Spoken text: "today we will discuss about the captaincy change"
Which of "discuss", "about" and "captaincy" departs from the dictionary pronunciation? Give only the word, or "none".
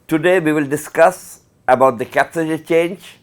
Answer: captaincy